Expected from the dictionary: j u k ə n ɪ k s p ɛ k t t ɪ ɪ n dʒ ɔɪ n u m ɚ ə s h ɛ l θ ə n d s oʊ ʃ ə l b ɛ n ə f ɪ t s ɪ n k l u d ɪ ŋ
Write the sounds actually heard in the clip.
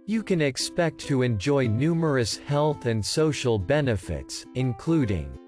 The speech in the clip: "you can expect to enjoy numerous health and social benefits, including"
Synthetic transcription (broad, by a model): j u k ə n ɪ k s p ɛ k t t ɪ ɪ n dʒ ɔɪ n u m ɚ ə s h ɛ l θ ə n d s oʊ ʃ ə l b ɛ n ə f ɪ t s ɪ n k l u d ɪ ŋ